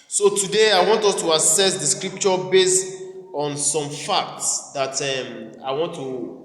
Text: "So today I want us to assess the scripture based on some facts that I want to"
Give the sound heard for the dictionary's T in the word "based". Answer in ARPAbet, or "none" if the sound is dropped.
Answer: T